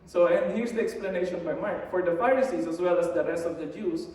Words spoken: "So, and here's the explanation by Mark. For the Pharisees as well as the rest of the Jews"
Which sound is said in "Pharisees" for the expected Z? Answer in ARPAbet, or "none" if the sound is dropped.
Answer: S